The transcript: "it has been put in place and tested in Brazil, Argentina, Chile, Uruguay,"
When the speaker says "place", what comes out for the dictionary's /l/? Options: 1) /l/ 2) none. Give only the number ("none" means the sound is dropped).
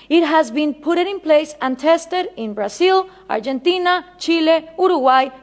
1